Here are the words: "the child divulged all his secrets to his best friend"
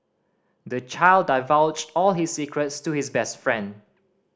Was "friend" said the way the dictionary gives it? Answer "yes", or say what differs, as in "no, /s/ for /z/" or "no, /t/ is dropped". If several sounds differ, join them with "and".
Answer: yes